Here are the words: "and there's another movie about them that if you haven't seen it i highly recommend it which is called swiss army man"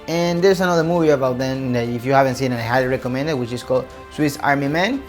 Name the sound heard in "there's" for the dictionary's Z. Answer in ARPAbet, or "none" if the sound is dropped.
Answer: S